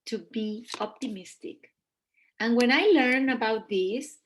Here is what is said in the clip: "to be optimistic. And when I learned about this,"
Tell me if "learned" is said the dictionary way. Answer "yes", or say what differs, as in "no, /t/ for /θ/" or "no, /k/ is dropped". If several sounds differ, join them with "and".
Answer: no, /d/ is dropped